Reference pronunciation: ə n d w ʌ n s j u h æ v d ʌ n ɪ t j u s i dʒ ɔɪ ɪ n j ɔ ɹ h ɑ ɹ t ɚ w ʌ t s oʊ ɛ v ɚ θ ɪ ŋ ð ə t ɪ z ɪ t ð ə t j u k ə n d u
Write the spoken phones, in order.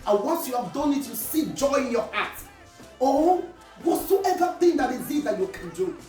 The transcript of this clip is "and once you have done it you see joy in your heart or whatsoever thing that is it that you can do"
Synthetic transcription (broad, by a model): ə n w ʌ n s j u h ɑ v d ʌ n ɪ t j u s i dʒ ɔɪ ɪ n j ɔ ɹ h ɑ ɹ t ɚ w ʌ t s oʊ ɛ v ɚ θ ɪ ŋ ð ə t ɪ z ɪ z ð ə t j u k ə n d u